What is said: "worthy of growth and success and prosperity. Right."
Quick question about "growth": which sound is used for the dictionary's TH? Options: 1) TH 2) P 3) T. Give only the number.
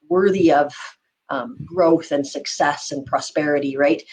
1